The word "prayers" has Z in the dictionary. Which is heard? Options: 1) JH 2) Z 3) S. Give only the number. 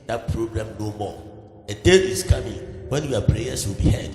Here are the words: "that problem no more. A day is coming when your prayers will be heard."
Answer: 3